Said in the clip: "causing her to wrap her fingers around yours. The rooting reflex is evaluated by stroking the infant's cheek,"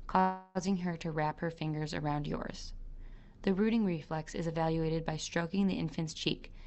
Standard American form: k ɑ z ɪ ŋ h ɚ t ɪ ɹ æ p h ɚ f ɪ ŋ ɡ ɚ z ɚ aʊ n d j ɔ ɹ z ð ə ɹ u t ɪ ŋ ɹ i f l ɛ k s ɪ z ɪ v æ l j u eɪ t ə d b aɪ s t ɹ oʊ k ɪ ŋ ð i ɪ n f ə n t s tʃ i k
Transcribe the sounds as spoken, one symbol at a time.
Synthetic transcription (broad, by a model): k ɑ z ɪ ŋ ɚ t ɪ ɹ æ p h ɚ f ɪ ŋ ɡ ɚ z ɚ aʊ n d j ɔ ɹ z ð ə ɹ u t ɪ ŋ ɹ i f l ɛ k s ɪ z ɪ v æ l j u eɪ t ə d b aɪ s t ɹ oʊ k ɪ ŋ ð i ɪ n f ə n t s tʃ i k